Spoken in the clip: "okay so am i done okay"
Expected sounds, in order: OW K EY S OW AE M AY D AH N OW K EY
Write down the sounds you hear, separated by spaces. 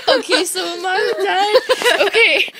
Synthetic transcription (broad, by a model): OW K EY S OW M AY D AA OW K EY